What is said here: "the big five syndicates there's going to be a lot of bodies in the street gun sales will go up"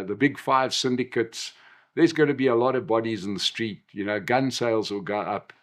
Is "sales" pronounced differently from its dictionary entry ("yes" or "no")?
no